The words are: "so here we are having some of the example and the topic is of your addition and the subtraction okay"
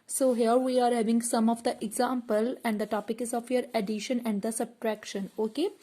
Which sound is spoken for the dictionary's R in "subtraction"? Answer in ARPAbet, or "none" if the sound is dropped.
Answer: R